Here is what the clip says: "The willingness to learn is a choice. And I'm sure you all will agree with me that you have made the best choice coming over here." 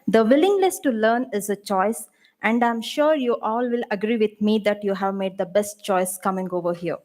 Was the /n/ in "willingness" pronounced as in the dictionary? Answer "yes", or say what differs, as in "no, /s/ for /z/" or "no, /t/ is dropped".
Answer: no, /l/ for /n/